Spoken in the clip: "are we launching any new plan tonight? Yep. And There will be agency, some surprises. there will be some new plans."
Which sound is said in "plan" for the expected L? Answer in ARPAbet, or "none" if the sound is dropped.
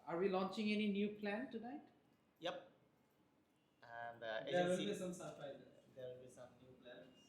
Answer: L